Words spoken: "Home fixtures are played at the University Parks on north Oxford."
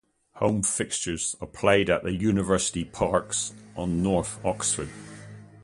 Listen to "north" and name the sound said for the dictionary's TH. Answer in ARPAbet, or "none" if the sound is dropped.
TH